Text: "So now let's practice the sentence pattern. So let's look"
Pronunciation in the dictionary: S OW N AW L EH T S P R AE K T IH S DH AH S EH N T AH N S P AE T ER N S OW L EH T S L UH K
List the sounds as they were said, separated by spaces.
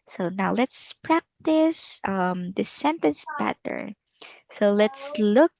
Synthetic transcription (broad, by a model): S OW N AW L EH T S P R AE K T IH S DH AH S EH N T AH N S B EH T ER S OW L EH T S L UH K